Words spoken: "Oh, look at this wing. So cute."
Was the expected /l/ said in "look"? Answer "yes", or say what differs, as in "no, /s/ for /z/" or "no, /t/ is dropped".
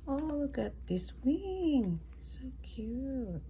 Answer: no, /w/ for /l/